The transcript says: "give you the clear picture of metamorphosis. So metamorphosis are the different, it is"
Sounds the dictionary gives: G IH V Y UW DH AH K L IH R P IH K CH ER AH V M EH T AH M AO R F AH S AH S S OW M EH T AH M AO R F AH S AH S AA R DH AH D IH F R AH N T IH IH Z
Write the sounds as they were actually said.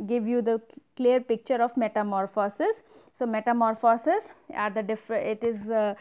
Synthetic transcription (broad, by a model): G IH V Y UW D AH K L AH R P IH K CH ER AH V M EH T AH M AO R F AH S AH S S OW M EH T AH M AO R F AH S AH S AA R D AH D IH F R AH T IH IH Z